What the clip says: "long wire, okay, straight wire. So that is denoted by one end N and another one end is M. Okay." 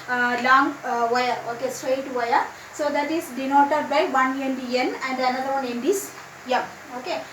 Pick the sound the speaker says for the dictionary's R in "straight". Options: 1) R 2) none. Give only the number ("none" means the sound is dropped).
1